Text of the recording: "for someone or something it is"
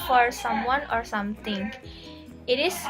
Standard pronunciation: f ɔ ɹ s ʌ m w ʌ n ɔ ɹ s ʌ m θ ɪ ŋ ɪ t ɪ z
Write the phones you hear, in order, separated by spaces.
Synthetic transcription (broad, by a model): f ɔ ɹ s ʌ m w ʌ n ɔ ɹ s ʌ m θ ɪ ŋ ɪ t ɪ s